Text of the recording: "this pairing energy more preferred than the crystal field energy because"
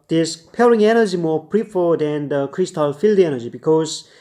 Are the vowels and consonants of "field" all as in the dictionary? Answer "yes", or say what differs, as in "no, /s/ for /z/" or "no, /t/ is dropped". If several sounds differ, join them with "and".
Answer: yes